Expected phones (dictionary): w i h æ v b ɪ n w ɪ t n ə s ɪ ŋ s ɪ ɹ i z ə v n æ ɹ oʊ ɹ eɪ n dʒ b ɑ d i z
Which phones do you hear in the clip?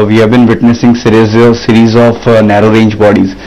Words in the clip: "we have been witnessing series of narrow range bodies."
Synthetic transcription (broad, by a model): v i h æ v b ɪ n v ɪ t n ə s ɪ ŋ s ɪ ɹ i z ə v n æ ɹ oʊ ɹ eɪ n dʒ b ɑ d i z